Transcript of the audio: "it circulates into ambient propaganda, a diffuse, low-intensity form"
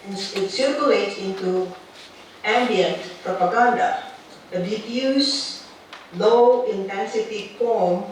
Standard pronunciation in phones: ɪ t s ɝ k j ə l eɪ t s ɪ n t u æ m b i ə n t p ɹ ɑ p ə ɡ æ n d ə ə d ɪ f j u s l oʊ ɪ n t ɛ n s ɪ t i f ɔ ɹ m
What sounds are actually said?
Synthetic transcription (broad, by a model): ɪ t s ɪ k j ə l eɪ t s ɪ n t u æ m b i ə n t p ɹ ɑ p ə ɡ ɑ n d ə ə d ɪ p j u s l oʊ ɪ n t ɛ n s ɪ t i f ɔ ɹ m